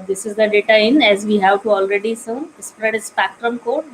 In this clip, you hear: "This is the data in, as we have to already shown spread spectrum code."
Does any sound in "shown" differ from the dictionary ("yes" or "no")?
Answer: yes